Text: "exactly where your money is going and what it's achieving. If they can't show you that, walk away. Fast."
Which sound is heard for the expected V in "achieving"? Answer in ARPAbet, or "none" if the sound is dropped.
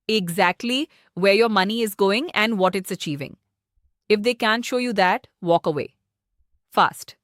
V